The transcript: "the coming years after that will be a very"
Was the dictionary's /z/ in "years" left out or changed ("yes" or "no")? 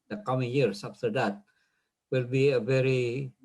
yes